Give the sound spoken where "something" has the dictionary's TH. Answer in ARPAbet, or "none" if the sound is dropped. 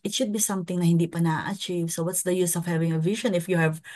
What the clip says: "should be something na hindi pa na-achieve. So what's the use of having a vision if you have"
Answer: T